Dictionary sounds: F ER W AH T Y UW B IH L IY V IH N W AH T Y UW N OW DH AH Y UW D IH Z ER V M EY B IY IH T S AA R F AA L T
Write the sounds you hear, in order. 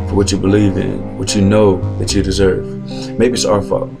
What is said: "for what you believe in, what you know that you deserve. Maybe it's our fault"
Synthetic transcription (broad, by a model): F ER W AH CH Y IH B IH L IY V IH N W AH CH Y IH N OW DH AH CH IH D IH Z ER V M EY B IY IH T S AA R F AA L